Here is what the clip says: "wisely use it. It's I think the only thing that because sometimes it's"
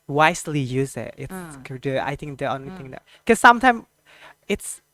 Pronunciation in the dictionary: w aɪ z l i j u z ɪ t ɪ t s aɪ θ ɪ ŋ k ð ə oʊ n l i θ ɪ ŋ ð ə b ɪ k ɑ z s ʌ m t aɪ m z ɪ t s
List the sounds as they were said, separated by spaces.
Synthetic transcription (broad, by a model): w aɪ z l i j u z ɪ t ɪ t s aɪ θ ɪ ŋ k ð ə oʊ n l i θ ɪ ŋ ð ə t k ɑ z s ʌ m t aɪ m ɪ t s